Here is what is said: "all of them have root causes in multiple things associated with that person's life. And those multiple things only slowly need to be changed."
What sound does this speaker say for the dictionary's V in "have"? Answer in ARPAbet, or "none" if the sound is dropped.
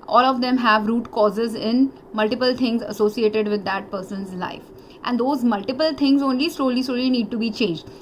V